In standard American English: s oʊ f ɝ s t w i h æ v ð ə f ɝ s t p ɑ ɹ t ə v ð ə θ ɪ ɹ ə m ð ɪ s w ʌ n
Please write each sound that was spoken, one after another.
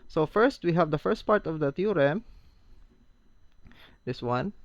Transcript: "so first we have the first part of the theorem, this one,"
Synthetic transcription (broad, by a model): s oʊ f ɝ s t w i h æ v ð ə f ɝ s t p ɑ ɹ t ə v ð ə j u ɹ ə m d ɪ s w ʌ n